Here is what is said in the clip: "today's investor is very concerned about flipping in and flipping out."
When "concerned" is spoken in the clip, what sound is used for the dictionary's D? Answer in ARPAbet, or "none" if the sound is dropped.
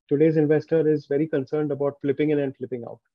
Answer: D